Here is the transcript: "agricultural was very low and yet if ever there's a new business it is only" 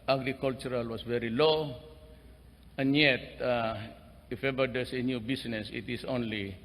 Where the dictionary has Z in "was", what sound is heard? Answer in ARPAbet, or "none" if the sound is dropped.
S